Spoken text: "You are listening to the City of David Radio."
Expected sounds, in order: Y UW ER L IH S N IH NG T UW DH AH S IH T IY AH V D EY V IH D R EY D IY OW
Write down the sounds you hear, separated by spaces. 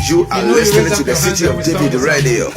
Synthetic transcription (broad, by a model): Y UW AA W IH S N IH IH T UW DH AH S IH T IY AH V D EY V IH D R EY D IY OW